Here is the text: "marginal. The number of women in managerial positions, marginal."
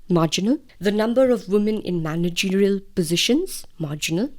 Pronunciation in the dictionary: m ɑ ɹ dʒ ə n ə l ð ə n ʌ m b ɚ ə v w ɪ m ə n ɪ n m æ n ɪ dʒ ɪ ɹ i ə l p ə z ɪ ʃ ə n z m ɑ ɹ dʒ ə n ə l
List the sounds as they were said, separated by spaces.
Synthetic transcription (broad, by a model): m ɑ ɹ dʒ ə n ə l ð ə n ʌ m b ɚ ə v w ɪ m ə n ɪ n m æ n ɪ dʒ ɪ ɹ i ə l p ə z ɪ ʃ ə n z m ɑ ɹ dʒ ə n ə l